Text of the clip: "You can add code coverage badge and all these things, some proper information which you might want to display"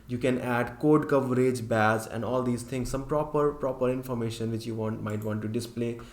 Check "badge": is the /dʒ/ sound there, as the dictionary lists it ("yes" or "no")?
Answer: no